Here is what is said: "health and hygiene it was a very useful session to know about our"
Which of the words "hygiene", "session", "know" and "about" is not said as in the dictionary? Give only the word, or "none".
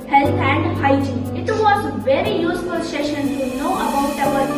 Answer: hygiene